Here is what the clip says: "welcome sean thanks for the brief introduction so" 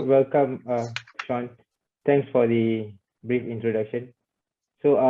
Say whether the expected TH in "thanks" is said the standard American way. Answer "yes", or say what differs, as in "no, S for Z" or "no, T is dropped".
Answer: no, T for TH